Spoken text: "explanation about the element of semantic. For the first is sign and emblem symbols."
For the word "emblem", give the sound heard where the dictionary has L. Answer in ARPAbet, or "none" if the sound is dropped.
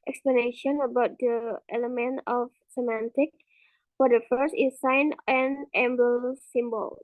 none